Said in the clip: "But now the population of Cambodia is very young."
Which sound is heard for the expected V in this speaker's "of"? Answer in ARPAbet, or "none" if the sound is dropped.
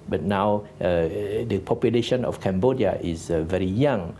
F